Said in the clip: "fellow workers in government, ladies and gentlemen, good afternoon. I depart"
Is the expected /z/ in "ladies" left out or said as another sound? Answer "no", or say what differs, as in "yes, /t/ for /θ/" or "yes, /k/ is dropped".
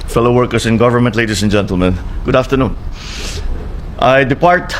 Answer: yes, /s/ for /z/